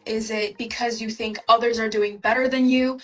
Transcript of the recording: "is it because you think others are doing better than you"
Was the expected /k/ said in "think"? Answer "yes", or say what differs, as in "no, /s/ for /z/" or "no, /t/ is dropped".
yes